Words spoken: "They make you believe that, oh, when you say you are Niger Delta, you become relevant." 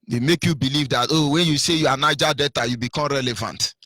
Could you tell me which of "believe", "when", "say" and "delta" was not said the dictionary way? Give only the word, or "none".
delta